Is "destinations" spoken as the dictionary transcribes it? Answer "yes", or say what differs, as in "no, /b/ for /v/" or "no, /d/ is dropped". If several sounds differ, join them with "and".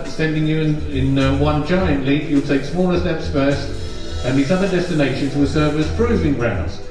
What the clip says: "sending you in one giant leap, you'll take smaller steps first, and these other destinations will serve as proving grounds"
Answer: yes